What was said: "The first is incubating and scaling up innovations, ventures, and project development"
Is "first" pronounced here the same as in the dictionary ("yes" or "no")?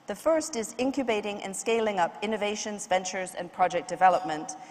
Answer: yes